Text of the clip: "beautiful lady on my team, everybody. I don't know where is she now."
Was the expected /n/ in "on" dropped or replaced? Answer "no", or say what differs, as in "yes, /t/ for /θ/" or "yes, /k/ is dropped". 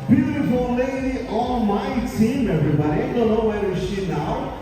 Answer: yes, /l/ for /n/